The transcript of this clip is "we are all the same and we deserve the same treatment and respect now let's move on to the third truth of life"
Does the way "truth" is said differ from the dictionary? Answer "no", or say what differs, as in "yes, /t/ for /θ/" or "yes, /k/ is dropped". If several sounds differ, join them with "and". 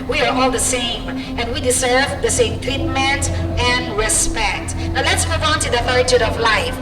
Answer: yes, /ɹ/ is dropped